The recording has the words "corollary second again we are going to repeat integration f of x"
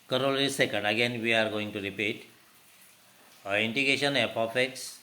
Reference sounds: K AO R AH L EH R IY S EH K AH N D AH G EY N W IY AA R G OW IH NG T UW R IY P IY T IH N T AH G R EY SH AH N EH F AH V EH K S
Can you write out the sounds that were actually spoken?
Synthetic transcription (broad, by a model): K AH R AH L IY S EH K AH N D AH G EY N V IY AA R G OW IH NG T UW R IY P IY T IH N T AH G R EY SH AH N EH P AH F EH K S